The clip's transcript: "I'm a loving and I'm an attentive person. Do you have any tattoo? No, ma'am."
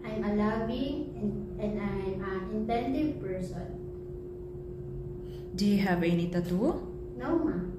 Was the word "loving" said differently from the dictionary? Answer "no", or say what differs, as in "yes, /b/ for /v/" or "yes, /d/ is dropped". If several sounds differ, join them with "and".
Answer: yes, /b/ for /v/